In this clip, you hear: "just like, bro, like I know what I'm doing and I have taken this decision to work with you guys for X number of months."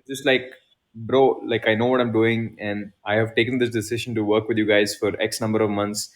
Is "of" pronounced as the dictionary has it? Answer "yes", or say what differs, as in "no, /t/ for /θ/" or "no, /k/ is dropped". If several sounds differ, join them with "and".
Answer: yes